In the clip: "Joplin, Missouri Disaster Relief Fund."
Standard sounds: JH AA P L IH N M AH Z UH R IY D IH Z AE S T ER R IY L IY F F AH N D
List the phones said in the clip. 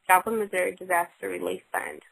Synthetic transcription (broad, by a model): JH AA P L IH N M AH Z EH R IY D IH Z AE S T ER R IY L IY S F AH N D